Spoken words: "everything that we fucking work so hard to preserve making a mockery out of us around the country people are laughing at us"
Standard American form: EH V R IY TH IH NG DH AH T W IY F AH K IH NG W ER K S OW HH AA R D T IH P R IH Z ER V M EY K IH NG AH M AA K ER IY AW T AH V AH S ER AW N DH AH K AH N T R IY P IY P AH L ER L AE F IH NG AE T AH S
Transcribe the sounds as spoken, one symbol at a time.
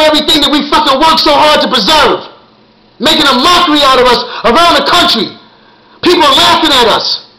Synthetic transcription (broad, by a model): EH V R IY TH IH NG DH AH T W IY F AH K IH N W ER K S OW HH AA R D T IH P R IH Z ER V M EY K IH NG AH M AA K ER IY AW T AH V AH S ER AW N DH AH K AH N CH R IY P IY P L ER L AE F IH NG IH T AH S